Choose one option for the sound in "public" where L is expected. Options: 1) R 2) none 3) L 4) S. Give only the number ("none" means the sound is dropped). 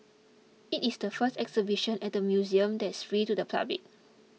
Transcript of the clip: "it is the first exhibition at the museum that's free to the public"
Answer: 2